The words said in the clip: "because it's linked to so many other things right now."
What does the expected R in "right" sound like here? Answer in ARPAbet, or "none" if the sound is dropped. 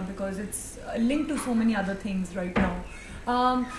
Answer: R